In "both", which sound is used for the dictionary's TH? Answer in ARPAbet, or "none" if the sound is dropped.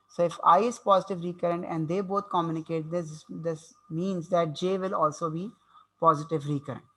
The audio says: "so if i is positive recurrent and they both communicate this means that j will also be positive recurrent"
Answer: T